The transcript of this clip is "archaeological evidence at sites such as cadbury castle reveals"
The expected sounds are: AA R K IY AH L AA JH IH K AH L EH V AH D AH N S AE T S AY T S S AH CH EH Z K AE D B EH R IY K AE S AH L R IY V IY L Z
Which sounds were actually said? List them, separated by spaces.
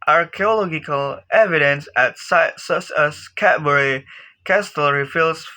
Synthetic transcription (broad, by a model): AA R K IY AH L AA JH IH K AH L EH V AH D AH N S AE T S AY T S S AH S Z K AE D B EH R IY K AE S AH L R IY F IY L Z